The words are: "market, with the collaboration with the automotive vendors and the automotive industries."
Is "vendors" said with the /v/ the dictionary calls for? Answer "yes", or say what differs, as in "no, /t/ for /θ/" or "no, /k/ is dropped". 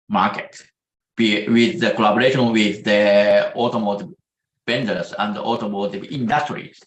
no, /b/ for /v/